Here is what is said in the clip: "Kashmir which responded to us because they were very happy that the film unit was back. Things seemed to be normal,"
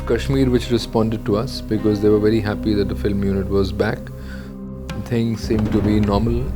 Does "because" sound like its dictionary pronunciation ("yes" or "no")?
yes